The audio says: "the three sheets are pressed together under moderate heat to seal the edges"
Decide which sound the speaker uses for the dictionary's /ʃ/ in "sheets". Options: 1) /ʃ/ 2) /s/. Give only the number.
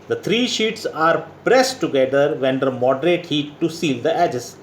1